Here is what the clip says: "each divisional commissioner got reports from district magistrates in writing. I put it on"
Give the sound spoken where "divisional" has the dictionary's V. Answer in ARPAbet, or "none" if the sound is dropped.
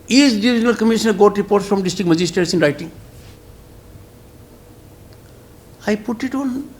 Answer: none